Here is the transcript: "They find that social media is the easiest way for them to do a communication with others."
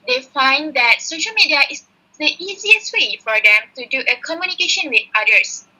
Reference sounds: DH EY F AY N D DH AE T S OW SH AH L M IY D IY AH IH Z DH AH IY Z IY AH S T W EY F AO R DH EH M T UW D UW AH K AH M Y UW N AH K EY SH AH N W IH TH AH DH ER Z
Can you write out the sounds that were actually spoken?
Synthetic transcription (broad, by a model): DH EY F AY N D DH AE T S OW SH AH L M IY D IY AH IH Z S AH IY Z IY AH S T W EY F AO R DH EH M T UW D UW AH K AH M Y UW N AH K EY SH AH N W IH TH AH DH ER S